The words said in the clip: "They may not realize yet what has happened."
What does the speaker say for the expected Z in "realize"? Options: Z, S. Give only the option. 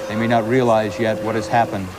Z